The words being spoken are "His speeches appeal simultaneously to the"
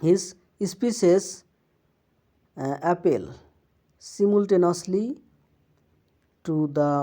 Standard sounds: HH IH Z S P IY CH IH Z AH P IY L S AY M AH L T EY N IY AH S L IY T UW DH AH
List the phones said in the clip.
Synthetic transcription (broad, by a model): HH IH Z S P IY S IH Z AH P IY L S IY M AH L T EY N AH S L IY T UW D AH